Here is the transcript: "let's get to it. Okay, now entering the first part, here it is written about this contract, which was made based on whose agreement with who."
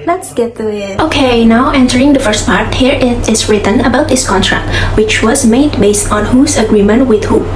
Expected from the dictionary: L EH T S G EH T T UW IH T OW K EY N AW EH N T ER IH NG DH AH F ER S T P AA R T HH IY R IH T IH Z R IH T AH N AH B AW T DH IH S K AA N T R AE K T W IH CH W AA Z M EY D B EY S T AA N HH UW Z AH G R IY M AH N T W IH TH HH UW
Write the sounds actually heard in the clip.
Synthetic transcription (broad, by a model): L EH T S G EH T T UW IH T OW K EY N AW EH N T ER IH NG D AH F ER S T P AA R T HH IY R IH T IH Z R IH T AH N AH B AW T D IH S K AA N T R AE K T W IH CH W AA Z M EY D B EY S T AA N HH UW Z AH G R IY M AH N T W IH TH HH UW